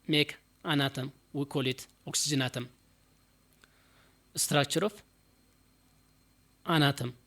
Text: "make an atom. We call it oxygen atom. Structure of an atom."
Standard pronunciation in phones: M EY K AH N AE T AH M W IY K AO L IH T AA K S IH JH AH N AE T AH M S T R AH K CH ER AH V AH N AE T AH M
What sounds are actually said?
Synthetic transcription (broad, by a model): M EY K AH N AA T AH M W IY K AO L IH T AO K S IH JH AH N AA T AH M S T R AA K CH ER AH F AH N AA T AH M